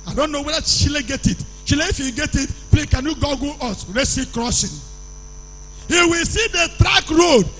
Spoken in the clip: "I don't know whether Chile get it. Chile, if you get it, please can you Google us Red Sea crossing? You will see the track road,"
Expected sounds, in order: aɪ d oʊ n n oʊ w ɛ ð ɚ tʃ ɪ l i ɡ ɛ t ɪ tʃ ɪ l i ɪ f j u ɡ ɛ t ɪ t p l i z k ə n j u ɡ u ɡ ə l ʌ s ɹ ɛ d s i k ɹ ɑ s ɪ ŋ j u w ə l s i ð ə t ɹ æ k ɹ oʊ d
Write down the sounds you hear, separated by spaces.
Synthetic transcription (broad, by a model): aɪ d oʊ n n oʊ w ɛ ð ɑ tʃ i l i ɡ ɛ t ɪ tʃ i l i ɪ f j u ɡ ɛ t ɪ t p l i k ə n j u ɡ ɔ ɡ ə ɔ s ɹ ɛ s i k ɹ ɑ s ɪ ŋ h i w ə l s i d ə t ɹ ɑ k ɹ oʊ d